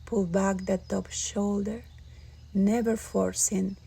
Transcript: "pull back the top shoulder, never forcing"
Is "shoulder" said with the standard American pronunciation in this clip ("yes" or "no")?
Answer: yes